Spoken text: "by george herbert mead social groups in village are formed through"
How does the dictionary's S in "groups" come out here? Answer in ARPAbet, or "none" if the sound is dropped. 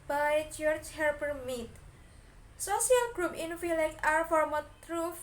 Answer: none